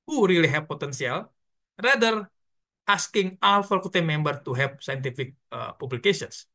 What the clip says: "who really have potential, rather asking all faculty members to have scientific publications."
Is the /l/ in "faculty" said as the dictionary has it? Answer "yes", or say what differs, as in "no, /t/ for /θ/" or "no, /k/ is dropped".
no, /l/ is dropped